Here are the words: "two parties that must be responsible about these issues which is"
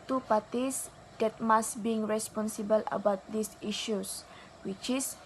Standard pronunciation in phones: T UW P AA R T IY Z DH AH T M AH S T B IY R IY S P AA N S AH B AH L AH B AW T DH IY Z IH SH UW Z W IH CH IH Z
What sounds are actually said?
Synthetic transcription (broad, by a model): T UW P AA T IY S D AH T M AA S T B IY R IY S P AA N S AH B AH L AH B AW T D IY S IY SH UW S W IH CH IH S